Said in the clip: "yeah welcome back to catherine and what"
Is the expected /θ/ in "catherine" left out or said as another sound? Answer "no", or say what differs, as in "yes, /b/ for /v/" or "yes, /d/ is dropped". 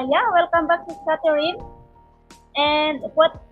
yes, /t/ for /θ/